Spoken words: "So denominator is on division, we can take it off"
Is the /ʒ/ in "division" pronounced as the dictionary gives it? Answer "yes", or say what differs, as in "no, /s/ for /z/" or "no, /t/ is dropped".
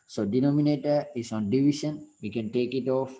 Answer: no, /ʃ/ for /ʒ/